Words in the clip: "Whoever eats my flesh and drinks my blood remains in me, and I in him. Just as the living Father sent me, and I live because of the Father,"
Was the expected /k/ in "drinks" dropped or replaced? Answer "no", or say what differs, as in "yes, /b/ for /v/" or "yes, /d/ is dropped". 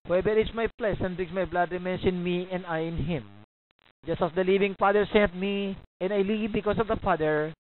yes, /k/ is dropped